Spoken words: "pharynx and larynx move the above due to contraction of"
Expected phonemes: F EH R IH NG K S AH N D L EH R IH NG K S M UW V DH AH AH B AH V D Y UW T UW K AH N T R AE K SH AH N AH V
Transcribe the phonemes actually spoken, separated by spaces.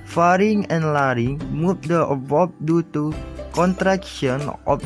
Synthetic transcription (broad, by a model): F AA R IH NG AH N L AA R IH NG M UW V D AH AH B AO P D Y UW T UW K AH N T R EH K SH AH N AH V